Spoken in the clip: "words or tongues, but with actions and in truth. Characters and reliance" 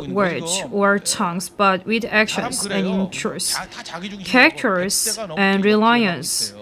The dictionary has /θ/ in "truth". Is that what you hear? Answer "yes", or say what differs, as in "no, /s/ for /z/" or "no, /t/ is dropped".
no, /s/ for /θ/